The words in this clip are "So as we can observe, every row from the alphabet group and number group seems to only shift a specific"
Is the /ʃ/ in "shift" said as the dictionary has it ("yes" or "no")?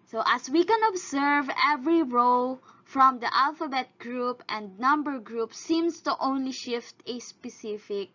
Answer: yes